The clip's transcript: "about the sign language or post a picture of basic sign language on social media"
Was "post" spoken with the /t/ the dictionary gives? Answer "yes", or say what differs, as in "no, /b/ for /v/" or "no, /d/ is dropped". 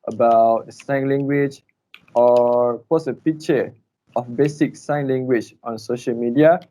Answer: no, /t/ is dropped